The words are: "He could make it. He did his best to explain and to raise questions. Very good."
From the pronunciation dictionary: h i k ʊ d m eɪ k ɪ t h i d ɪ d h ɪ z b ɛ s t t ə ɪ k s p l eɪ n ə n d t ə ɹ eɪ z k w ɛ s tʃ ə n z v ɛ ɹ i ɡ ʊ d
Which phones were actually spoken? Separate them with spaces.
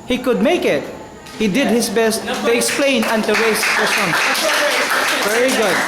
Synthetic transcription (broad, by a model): h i k ʊ d m eɪ k ɪ t h i d ɪ d h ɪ s b ɛ s t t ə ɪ k s p l eɪ n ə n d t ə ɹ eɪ s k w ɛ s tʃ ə n v ɛ ɹ i ɡ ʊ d